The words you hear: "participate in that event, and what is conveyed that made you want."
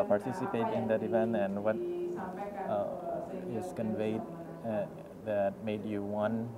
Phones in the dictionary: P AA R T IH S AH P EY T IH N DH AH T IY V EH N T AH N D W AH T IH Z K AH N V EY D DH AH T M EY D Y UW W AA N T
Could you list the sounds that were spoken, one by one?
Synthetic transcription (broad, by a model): P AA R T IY S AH P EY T IH N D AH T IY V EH N AH N W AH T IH S K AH N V EY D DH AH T M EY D Y UW W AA N